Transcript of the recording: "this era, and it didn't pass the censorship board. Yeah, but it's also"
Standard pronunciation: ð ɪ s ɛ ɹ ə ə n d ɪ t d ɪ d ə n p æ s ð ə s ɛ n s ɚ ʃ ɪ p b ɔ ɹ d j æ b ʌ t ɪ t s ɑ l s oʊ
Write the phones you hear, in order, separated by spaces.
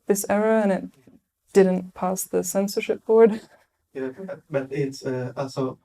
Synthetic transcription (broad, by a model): ð ɪ s ɛ ɹ ə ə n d ɪ t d ɪ d n p æ s ð ə s ɛ n s ɚ ʃ ɪ p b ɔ w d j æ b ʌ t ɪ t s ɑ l s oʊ